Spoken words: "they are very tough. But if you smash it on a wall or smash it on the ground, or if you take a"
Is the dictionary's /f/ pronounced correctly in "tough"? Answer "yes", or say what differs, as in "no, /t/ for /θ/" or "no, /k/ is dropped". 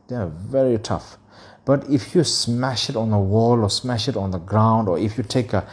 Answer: yes